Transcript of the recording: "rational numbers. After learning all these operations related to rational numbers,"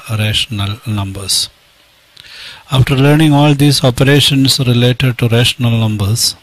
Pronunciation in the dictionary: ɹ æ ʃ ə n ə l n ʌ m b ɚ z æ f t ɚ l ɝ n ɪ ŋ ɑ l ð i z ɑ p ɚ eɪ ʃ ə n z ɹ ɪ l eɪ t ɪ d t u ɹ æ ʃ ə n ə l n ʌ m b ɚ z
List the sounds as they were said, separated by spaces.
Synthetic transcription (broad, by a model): ɹ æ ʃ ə n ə l n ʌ m b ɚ s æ f t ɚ l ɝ n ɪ ŋ ɑ l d i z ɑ p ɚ eɪ ʃ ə n s ɹ ɪ l eɪ t ɪ d t u ɹ æ ʃ ə n ə l n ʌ m b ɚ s